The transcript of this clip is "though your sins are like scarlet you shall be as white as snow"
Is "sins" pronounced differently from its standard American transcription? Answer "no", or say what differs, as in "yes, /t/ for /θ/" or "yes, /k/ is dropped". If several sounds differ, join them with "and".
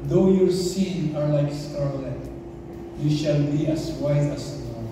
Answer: yes, /z/ is dropped